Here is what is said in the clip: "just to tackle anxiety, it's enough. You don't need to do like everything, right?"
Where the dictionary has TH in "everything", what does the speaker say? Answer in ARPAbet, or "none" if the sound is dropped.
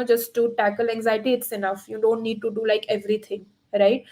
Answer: T